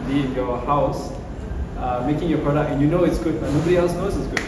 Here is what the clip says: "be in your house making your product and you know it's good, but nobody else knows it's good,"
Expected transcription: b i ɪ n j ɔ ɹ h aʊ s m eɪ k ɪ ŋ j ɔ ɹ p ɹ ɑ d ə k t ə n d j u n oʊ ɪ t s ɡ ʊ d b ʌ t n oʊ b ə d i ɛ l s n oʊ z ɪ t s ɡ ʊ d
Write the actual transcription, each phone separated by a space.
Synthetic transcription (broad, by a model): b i ɪ n j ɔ h aʊ s m eɪ k ɪ ŋ j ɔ p ɹ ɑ d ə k ə n j u n oʊ ɪ t s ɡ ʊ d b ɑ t n oʊ b ə d i ɛ l s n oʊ s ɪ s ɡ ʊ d